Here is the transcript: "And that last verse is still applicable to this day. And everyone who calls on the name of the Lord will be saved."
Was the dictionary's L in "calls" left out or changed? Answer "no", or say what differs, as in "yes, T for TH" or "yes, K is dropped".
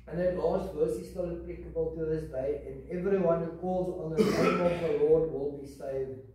no